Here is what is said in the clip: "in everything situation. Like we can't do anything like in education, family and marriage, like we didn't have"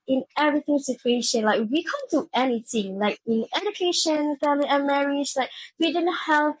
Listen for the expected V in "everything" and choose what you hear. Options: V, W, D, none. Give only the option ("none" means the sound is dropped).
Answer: V